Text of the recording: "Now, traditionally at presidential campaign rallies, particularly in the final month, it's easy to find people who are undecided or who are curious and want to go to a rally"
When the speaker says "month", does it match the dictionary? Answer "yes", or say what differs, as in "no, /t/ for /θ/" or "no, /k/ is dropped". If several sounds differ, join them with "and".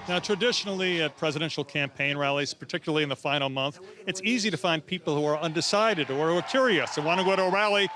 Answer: yes